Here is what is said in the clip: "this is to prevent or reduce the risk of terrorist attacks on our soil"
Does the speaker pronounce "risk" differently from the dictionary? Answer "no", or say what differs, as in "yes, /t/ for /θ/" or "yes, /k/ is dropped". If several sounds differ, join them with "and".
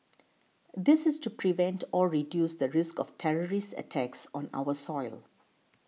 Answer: no